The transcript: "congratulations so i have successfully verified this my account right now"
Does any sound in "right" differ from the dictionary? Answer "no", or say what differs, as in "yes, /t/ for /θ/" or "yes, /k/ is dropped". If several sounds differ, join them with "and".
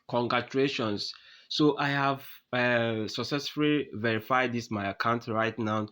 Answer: no